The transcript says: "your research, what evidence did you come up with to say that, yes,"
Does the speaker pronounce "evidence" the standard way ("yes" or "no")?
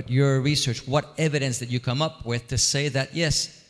yes